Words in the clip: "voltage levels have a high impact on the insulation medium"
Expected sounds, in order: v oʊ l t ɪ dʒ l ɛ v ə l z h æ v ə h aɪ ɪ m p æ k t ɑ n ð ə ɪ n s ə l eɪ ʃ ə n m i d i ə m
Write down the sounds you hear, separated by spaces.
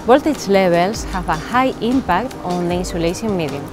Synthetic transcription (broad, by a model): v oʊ l t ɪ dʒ l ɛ b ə l s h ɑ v ə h aɪ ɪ m p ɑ k t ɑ n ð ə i n s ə l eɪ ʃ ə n m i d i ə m